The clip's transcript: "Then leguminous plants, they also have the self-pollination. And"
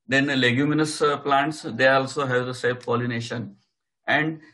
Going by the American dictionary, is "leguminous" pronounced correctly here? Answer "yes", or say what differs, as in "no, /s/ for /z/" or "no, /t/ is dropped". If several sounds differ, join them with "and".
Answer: yes